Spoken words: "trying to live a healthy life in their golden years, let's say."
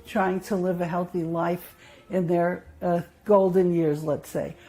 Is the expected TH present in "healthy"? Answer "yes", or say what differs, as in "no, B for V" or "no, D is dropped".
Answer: yes